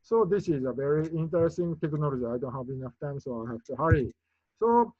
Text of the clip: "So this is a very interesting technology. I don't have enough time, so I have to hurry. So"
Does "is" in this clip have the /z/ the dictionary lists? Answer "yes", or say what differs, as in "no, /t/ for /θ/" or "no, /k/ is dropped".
yes